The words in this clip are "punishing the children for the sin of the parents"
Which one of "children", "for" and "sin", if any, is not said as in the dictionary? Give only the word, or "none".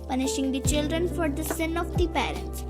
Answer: none